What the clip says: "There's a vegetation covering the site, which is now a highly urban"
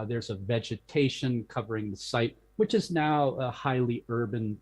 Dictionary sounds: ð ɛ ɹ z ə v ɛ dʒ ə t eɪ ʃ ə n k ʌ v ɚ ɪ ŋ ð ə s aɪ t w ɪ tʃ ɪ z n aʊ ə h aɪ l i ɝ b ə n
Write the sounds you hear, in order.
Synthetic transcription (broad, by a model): ð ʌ ɹ z ə v ɛ dʒ ə t eɪ ʃ ə n k ʌ v ɚ ɪ ŋ ð ə s aɪ t w ɪ tʃ ɪ z n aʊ ə h aɪ l i ɝ b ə n